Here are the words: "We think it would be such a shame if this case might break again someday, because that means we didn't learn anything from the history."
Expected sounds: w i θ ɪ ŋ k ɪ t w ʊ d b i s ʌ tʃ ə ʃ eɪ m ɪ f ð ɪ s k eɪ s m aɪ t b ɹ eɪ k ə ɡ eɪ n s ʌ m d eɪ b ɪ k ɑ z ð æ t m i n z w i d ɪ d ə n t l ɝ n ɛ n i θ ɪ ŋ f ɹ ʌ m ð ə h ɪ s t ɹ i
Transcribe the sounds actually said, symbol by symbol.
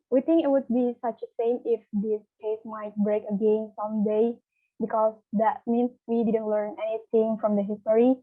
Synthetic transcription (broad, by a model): w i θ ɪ ŋ k ɪ t w ʊ d b i s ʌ tʃ ə s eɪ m ɪ f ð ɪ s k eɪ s m aɪ t b ɹ eɪ k ə ɡ eɪ n s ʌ m d eɪ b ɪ k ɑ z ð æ t m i n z w i d ɪ d ə n t l ɝ n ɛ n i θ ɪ ŋ f ɹ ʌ m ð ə h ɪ s t ɹ i